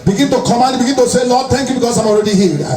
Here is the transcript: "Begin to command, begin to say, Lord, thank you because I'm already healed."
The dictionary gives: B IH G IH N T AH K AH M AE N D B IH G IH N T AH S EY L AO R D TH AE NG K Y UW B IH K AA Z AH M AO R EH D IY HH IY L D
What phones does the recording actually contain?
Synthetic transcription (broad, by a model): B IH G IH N T AH K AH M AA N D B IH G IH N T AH S EY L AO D T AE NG K Y UW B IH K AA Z AH M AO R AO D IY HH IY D